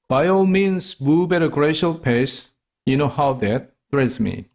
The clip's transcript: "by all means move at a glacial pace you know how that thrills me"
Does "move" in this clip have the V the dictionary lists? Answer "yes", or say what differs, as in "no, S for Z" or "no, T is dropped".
no, B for V